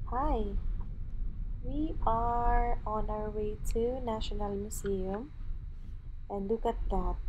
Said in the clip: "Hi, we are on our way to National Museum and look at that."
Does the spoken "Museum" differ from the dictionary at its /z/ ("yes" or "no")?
yes